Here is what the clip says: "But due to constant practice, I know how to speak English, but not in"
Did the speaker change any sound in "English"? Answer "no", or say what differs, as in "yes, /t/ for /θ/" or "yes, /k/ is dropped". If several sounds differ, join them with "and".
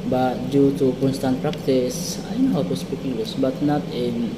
yes, /ŋ/ is dropped and /s/ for /ʃ/